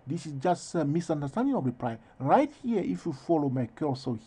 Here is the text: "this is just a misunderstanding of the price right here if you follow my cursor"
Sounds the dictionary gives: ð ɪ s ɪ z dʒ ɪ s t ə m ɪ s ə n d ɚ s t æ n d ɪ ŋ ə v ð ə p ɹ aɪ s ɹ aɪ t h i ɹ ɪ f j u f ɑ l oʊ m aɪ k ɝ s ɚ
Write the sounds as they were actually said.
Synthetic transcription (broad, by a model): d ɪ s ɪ s dʒ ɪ s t ə m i s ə n d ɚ s t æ n d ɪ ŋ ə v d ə p ɹ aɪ ɹ aɪ t h i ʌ ɪ f j u f ɑ l oʊ m aɪ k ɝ s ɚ